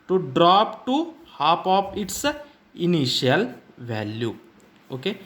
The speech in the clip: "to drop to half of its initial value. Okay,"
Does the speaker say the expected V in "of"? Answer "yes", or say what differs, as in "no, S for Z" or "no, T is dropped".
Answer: no, P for V